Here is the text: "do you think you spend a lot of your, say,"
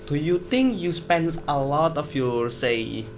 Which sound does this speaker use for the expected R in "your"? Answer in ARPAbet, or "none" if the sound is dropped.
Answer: R